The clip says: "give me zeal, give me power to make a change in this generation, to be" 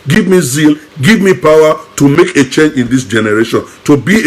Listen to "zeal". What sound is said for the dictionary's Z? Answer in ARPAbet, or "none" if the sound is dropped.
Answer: Z